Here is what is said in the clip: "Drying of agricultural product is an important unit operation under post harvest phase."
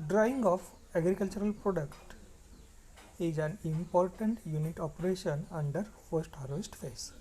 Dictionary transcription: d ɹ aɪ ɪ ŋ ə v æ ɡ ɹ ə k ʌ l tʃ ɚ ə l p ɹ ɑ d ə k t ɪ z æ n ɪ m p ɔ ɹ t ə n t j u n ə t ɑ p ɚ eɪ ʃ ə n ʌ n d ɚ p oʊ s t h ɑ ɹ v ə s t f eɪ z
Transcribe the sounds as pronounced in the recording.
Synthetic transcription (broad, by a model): d ɹ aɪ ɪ ŋ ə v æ ɡ ɹ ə k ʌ l tʃ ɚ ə l p ɹ ɑ d ə k t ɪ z æ n ɪ m p ɔ ɹ t ə n t j u n ə t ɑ p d eɪ ʃ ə n ʌ n d ɚ f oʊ s t h ɑ ɹ v ə s t f eɪ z